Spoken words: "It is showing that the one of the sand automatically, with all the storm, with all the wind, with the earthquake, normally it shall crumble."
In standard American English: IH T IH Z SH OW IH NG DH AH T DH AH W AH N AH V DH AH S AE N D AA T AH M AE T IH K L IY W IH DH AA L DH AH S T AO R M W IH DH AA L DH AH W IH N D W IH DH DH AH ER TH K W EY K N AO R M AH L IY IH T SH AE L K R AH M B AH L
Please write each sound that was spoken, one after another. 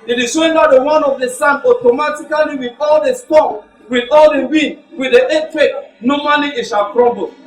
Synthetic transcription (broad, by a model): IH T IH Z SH OW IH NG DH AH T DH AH W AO N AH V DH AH S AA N AA T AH M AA T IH K L IY W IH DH AA L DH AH S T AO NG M W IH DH AA L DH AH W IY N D W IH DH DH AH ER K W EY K N AO M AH L IY IH T SH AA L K R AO M B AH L